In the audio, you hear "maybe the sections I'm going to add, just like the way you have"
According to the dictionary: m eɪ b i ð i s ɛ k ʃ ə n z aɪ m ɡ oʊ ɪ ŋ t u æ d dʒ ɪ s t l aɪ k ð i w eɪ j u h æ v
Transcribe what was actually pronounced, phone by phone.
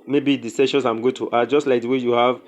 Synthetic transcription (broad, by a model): m eɪ b i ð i s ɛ ʃ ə n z aɪ m ɡ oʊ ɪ t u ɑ dʒ ɪ s t l aɪ k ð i w eɪ j u h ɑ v